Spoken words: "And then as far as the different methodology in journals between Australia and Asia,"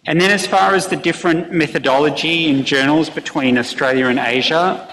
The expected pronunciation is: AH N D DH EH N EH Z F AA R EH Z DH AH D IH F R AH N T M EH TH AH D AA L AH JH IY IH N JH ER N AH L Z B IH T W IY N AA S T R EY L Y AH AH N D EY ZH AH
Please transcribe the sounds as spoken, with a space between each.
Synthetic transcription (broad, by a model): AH N DH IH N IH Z F AA R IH Z DH AH D IH F R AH N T M EH TH AH D AA L AH JH IY IH N JH ER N L Z B IH T W IY N AA S T R EY L Y AH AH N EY ZH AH